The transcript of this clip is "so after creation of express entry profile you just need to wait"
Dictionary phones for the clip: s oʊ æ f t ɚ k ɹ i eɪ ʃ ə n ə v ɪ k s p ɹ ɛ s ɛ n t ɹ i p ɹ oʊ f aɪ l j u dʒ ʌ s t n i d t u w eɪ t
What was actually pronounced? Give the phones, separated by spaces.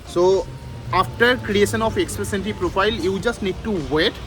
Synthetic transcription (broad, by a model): s oʊ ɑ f t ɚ k ɹ i eɪ ʃ ə n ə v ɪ k s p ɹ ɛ s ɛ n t i p ɹ oʊ f aɪ l j u dʒ ʌ s t n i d t u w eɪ t